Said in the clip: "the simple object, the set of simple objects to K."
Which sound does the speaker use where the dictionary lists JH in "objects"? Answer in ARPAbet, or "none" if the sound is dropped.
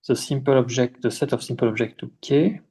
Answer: ZH